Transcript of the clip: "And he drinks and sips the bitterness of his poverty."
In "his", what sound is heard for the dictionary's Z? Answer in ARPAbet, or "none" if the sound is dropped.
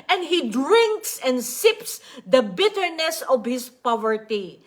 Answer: S